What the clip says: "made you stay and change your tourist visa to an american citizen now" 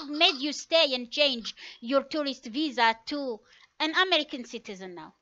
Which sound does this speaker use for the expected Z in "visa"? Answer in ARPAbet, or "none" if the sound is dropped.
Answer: Z